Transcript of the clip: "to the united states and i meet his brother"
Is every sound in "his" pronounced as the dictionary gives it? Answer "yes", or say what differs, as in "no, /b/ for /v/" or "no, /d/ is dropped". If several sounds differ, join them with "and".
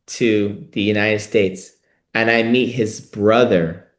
yes